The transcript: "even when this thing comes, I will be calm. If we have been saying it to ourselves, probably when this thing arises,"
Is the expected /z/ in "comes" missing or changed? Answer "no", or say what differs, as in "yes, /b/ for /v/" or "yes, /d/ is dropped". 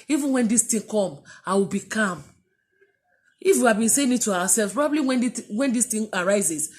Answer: yes, /z/ is dropped